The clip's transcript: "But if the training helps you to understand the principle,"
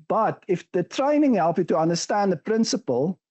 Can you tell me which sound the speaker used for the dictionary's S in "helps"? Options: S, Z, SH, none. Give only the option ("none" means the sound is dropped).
none